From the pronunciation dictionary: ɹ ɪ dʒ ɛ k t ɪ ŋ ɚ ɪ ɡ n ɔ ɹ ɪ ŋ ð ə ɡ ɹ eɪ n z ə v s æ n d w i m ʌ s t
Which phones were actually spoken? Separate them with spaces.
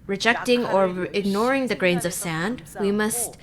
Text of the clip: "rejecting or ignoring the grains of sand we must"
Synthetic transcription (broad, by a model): ɹ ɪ dʒ ɛ k t ɪ ŋ ɚ ɪ ɡ n ɔ ɹ ɪ ŋ ð ə ɡ ɹ eɪ n z ə v s æ n d w i m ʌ s t